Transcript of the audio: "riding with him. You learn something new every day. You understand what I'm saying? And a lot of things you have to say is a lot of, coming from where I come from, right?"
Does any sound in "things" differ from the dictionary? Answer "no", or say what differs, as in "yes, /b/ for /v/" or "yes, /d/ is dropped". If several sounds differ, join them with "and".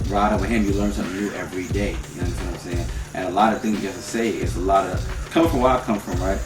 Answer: no